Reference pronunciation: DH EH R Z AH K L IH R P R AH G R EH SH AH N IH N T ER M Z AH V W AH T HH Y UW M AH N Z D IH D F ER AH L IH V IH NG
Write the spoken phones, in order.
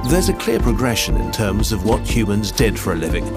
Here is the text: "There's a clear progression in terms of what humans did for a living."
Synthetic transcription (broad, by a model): DH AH R Z AH K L IH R P R AH G R EH SH AH N IH N T ER M Z AH V W AH T HH Y UW M AH N Z D IH D F ER AH L IH V IH NG